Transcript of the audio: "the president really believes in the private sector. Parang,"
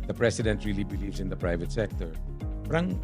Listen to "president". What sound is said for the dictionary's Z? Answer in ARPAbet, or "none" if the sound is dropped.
S